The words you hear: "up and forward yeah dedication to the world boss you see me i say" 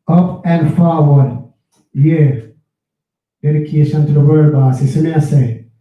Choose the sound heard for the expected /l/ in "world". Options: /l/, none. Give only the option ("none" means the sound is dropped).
none